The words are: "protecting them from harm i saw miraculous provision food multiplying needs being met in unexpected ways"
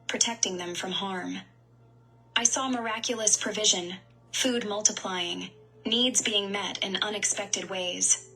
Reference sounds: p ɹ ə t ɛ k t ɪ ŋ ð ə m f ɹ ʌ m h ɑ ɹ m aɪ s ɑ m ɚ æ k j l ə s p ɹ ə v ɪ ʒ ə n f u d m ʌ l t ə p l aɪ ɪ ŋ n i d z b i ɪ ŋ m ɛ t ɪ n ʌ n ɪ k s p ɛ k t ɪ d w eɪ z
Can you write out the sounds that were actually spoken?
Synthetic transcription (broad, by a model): p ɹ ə t ɛ k t ɪ ŋ ð ə m f ɹ ʌ m h ɑ ɹ m aɪ s ɑ m ɚ æ k j l ə s p ɹ ə v ɪ ʒ ə n f u d m ʌ l t ə p l aɪ ɪ ŋ n i d z b i ɪ ŋ m ɛ t ɪ n ʌ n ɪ k s p ɛ k t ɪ d w eɪ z